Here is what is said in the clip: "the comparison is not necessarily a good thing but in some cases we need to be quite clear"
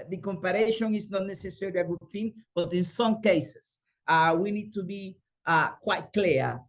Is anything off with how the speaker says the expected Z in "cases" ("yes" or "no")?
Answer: yes